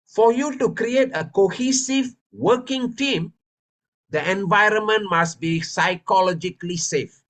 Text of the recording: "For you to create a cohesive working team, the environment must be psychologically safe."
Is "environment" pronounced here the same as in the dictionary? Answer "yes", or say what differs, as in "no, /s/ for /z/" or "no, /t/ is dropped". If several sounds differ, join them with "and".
yes